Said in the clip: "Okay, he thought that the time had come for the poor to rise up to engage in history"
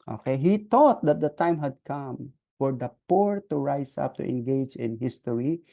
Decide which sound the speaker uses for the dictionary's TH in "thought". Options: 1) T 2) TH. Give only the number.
1